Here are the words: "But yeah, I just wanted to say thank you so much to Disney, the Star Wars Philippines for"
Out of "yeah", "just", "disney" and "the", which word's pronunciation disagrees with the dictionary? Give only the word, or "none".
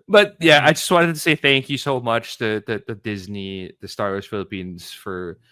none